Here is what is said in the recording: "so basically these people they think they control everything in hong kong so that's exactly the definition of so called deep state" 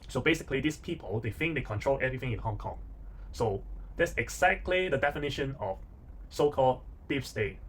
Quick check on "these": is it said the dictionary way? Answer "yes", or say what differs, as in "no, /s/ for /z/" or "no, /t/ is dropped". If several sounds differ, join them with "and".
no, /s/ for /z/